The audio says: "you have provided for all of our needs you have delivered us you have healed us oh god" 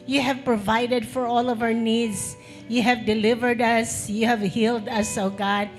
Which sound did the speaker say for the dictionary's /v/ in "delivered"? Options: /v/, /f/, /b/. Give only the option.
/v/